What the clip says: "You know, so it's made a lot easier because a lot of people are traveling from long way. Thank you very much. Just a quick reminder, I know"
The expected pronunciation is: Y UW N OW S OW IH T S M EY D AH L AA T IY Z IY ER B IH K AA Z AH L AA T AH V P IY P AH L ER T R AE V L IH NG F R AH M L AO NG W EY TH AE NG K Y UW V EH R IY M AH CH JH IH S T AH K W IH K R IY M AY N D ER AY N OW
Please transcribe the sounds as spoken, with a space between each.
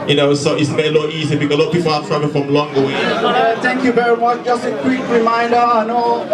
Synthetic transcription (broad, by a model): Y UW N OW S OW IH T S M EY AH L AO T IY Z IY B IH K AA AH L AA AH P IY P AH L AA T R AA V IH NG F R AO M L AO NG W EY T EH NG K Y UW V EH R IY M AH CH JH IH S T AH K W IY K R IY M AY N D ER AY N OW